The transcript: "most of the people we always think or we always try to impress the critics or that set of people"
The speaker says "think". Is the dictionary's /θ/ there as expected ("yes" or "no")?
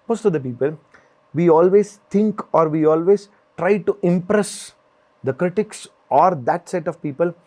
no